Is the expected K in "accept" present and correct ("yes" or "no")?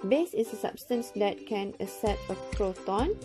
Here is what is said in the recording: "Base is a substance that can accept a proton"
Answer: no